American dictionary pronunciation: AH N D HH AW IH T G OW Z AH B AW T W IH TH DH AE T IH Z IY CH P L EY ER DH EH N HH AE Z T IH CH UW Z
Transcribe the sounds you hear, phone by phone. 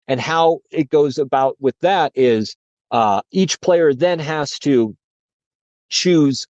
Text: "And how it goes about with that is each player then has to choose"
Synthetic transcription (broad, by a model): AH N HH AW IH T G OW Z AH B AW T W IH DH AE T IH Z IY CH P L EY ER DH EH N HH AE Z T IH CH UW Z